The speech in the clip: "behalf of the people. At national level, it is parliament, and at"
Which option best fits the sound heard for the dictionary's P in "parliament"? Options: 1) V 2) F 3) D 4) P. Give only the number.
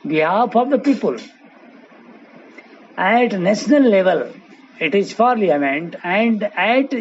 2